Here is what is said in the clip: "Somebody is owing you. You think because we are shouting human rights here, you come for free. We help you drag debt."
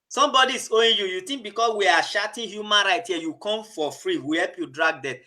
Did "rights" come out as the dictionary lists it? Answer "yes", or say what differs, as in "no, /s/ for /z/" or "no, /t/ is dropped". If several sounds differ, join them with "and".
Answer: no, /s/ is dropped